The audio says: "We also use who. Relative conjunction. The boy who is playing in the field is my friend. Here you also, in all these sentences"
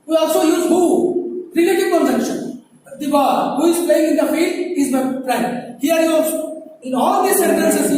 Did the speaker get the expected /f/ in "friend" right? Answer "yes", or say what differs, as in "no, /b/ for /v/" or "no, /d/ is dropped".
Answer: no, /p/ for /f/